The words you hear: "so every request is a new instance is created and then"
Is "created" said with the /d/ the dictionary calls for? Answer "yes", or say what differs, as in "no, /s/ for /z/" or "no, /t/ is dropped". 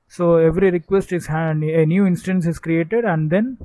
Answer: yes